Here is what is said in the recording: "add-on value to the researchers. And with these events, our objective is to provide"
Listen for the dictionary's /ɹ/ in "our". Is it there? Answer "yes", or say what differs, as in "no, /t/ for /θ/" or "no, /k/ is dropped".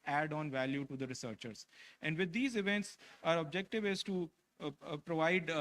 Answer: yes